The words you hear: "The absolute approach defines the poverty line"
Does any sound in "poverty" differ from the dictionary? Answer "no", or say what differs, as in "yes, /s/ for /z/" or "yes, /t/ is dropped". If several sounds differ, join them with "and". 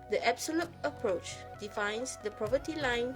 yes, /p/ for /v/